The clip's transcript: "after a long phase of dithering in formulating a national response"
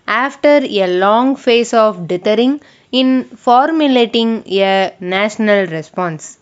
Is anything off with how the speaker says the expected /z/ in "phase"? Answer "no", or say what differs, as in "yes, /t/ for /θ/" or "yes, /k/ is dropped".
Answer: yes, /s/ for /z/